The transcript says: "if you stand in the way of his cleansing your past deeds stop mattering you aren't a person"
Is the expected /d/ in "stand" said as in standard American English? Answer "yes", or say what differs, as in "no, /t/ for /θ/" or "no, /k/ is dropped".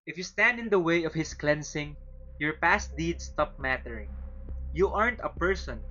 yes